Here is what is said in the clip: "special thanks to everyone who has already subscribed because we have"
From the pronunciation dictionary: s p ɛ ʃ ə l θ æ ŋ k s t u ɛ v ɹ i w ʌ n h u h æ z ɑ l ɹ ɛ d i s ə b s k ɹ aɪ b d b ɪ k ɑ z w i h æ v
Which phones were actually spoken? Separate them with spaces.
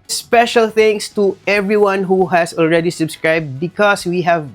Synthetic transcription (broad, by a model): s p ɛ ʃ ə l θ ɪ ŋ s t u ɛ v ɹ i w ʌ n h u h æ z ɑ l ɹ ɛ d i s ə b s k ɹ aɪ b d b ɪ k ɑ s w i h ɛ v